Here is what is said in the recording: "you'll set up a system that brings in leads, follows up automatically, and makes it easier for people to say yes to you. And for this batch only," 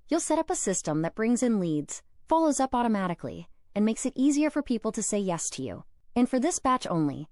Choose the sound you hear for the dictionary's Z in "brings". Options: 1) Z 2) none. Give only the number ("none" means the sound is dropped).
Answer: 1